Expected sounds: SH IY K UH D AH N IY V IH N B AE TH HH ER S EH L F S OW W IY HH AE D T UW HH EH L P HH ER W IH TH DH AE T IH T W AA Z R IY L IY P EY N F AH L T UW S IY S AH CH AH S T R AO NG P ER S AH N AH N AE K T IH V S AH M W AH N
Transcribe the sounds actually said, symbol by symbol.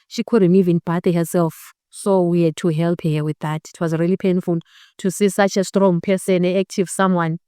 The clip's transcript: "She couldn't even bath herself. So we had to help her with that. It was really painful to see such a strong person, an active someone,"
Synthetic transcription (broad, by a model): SH IY K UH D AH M IY V IH N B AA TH HH ER S EH L F S OW W IY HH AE D T UW HH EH L P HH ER W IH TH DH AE T IH T W AA Z R IY L IY P EY N F AH L T UW S IY S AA CH AH S T R AO NG P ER S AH N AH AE K T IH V S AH M W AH N